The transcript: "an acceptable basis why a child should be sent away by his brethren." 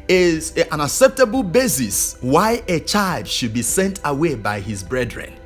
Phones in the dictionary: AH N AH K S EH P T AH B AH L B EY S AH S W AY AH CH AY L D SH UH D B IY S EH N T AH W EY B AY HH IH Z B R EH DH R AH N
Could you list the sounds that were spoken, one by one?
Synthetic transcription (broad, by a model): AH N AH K S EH P T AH B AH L B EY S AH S W AY AH CH AY L D SH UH D B IY S EH N T AH W EY B AY HH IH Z B R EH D R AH N